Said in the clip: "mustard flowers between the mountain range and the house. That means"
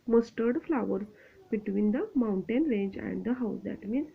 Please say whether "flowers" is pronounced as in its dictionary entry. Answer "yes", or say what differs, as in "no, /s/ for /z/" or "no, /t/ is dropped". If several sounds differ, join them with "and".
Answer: no, /z/ is dropped